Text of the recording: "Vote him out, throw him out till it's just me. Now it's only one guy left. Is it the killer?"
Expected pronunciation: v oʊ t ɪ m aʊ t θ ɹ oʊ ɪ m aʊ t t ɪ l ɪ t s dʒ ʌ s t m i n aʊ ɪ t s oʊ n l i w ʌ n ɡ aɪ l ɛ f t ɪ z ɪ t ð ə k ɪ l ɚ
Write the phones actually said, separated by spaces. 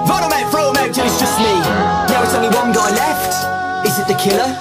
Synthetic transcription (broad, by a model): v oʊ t ɪ m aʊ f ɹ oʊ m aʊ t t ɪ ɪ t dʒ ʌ s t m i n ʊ ɪ t s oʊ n l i w ʌ n ɡ aɪ l ɛ f t ɪ z ɪ t ð ə k ɪ l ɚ